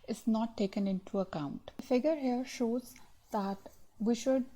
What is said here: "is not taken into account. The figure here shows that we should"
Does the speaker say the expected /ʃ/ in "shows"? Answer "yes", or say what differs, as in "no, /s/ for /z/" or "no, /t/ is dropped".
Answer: yes